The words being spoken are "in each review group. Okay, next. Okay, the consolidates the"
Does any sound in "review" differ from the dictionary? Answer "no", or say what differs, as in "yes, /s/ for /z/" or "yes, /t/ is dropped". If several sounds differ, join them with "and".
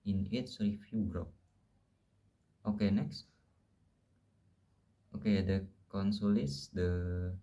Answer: yes, /f/ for /v/